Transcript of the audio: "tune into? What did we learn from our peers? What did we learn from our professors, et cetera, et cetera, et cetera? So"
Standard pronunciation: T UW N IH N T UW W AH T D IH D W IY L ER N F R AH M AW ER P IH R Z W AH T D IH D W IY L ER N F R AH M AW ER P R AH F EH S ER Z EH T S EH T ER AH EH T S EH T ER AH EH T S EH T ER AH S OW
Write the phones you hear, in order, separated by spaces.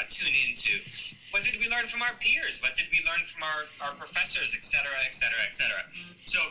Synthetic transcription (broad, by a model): T UW N IH N T UW W AH T D IH D W IY L ER N F R AH M AW ER P IH R Z W AH T D IH D W IY L ER N F R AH M AW ER P R AH F EH S ER Z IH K S EH T ER AH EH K S EH T ER AH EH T S EH T ER AH S OW